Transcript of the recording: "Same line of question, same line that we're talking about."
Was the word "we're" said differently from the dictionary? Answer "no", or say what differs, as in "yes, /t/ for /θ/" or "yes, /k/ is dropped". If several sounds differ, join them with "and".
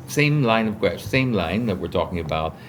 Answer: no